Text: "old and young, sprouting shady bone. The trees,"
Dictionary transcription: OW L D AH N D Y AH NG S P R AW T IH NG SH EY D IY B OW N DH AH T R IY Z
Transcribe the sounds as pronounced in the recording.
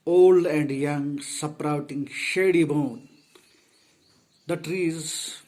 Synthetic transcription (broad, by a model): OW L D AH N D Y AH NG S P R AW T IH NG SH EY D IY B OW N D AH T R IY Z